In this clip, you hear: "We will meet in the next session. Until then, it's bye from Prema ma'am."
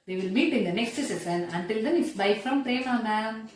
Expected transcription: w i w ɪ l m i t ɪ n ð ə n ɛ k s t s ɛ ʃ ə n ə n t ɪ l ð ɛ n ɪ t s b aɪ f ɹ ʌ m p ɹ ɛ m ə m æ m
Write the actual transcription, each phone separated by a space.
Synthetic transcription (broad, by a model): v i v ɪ l m i t ɪ n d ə n ɛ k s t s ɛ s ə n ə n t ɪ l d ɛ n ɪ t s b aɪ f ɹ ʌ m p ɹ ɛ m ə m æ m